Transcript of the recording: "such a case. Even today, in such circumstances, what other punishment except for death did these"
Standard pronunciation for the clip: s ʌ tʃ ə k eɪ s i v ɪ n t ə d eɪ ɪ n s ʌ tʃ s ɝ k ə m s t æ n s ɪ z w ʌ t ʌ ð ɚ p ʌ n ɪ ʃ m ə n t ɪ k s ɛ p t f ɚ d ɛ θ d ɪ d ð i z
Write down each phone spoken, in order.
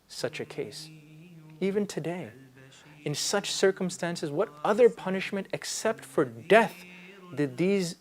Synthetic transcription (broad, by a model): s ʌ tʃ ə k eɪ s i v ɪ n t ə d eɪ ɪ n s ʌ tʃ s ɝ k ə m s t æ n s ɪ z w ʌ t ʌ ð ɚ p ʌ n ɪ ʃ m ə n t ɪ k s ɛ p t f ɚ d ɛ θ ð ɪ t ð i z